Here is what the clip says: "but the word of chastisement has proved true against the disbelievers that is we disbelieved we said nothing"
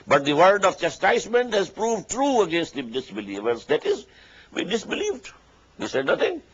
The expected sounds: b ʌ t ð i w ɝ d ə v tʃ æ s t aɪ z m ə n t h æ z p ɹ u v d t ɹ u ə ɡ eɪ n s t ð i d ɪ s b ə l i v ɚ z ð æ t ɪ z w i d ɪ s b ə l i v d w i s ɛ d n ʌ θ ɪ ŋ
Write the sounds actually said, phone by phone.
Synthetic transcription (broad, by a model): b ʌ t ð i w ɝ d ə v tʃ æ s t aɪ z m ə n t h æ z p ɹ u v d t ɹ u ə ɡ eɪ n s t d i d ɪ s b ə l i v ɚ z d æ t ɪ z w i d ɪ s b ə l i v d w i s ɛ d n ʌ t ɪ ŋ